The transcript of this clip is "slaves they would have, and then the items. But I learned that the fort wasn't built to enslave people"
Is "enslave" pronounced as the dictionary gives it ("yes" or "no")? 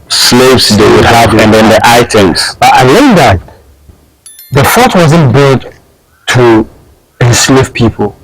no